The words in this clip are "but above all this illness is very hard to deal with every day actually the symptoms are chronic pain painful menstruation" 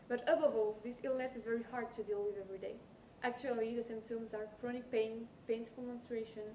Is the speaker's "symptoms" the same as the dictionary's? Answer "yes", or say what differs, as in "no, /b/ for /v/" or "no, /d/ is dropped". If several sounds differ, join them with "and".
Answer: no, /p/ is dropped